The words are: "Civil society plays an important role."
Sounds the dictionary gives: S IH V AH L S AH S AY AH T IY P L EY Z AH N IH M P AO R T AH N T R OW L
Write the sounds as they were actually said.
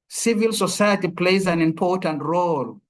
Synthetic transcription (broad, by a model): S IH V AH L S AH S AY AH T IY P L EY Z AH N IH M P AO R T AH N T R OW L